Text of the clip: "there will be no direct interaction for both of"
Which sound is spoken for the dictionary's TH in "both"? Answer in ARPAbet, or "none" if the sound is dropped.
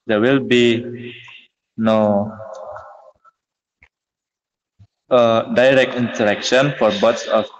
S